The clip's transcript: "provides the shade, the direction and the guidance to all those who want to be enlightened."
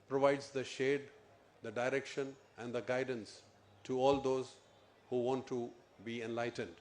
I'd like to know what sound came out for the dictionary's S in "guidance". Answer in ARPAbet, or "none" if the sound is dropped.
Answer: S